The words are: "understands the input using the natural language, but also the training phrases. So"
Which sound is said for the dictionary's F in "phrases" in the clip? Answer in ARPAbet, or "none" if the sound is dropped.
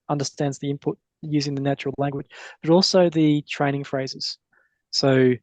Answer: F